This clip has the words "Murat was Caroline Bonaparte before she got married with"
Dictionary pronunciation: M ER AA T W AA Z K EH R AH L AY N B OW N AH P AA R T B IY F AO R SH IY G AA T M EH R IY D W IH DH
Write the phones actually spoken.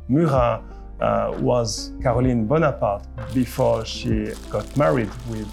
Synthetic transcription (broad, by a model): M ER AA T W AA Z K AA R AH L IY N B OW N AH P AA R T B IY F AO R SH IY G AA T M EH R IY D W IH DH